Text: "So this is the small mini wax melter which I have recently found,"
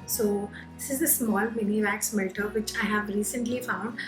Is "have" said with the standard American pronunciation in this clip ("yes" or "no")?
yes